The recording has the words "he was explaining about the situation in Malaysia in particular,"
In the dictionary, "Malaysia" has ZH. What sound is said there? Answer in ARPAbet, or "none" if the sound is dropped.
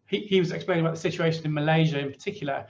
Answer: ZH